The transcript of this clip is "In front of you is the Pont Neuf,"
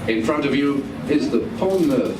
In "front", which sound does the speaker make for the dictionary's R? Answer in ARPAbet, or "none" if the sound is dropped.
R